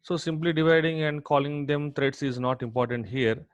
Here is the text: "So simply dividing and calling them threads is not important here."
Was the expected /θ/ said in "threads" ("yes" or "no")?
no